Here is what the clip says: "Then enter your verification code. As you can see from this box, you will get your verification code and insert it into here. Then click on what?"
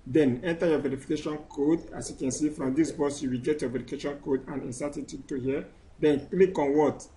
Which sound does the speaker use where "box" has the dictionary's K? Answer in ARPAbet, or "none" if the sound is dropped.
none